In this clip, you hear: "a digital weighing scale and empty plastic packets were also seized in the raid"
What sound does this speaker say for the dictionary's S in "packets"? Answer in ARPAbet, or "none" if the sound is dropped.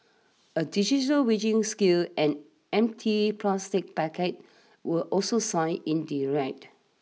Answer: none